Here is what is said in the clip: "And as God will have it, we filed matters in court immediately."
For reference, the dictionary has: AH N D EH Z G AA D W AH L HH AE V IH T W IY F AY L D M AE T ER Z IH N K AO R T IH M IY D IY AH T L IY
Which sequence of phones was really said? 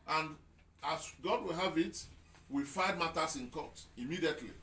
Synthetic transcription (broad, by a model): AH N D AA S G AA D W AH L HH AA V IH T W IY F AY D M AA T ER S IH N K AO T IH M IY D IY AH T L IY